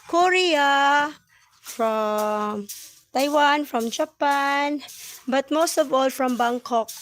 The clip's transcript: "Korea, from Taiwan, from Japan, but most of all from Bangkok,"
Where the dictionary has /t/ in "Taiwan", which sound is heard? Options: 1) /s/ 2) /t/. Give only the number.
2